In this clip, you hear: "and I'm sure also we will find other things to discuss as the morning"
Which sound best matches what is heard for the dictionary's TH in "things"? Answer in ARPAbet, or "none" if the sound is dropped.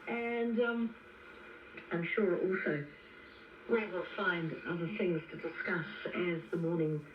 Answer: TH